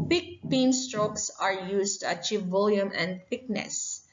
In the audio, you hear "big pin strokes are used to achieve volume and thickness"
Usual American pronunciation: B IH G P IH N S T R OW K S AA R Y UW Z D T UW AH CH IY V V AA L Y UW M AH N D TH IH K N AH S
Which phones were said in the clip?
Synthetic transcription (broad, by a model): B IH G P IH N S T R OW K S AA R Y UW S T UW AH CH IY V V AA L Y UW M AH N D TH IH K N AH S